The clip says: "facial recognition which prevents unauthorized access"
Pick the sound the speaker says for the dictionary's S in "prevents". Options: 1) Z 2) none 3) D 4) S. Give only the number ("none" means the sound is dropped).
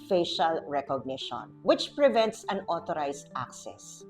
4